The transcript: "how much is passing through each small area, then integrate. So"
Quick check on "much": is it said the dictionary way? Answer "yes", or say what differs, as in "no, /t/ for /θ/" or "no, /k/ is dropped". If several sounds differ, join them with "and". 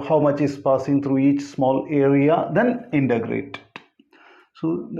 yes